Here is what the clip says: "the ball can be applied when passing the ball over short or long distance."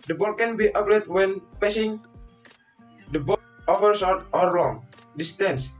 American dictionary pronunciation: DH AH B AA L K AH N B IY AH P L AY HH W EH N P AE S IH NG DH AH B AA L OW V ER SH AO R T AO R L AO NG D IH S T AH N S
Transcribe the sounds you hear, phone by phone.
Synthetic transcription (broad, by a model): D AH B AA L K AH N B IY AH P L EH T W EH N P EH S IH NG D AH B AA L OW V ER S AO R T AO R L AO NG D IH S T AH N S